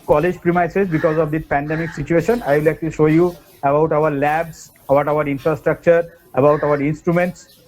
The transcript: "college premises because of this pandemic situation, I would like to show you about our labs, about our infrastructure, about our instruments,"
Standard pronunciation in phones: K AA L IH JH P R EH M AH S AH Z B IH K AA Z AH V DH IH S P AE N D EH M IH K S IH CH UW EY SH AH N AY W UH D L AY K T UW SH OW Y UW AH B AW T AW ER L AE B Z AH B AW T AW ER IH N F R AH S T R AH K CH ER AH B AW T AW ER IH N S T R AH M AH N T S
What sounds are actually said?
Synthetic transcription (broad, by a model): K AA L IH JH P R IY M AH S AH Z B IH K AA Z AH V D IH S P AE N D EH M IH K S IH CH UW EY SH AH N AY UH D L AY K T UW SH OW Y UW AH B AW T AW ER L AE B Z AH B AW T AW ER IH N F R AH S T R AH K CH ER AH B AW T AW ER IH N S T R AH M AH N T S